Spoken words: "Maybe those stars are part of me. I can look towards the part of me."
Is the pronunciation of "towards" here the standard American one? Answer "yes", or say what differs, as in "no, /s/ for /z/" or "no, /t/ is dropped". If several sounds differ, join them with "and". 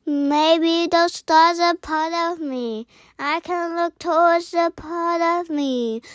no, /w/ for /ɹ/